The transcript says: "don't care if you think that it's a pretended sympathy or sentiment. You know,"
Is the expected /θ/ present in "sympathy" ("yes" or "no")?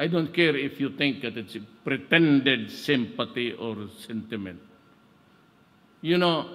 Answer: no